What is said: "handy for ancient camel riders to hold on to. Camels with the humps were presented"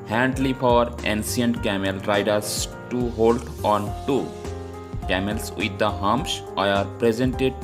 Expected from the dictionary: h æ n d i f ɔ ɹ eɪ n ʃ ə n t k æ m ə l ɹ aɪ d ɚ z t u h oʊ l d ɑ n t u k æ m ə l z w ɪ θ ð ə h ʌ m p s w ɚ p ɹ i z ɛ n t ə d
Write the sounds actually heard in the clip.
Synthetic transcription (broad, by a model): h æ n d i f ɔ ɹ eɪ n s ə n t k æ m ə l ɹ aɪ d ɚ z t u h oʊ l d ɑ n t u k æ m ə l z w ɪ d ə h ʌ m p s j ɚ p ɹ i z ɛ n t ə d